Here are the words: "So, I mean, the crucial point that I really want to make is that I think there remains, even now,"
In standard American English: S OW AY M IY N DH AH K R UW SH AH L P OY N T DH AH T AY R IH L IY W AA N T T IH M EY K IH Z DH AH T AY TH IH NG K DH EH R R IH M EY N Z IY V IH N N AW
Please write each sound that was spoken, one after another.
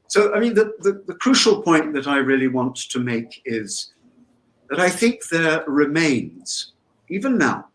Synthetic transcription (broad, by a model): S OW AY M IY N DH AH K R UW SH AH L P OY N DH AH T AY R IH L IY W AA N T T IH M EY K IH Z DH AH T AY TH IH NG K DH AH R R IH M EY N Z IY V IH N N AW